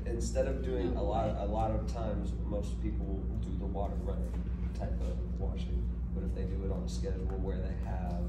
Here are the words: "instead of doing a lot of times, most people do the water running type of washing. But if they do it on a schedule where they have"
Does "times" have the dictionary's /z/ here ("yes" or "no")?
yes